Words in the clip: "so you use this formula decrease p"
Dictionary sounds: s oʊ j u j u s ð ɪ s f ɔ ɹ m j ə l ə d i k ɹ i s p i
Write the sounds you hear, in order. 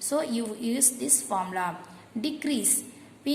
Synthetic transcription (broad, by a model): s oʊ j u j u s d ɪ s f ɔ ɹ m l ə ə d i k ɹ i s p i